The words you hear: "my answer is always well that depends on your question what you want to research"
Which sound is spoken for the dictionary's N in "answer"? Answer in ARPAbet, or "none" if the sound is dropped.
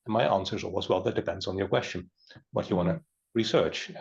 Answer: N